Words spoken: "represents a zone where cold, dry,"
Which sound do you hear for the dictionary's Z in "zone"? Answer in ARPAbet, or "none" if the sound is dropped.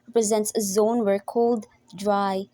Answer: Z